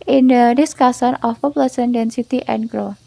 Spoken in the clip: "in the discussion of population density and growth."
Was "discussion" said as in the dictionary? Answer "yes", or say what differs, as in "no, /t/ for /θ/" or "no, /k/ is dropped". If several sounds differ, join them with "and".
no, /s/ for /ʃ/